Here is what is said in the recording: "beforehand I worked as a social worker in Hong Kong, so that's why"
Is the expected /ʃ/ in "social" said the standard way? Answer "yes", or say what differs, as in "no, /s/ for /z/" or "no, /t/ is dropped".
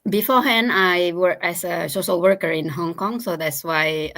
no, /s/ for /ʃ/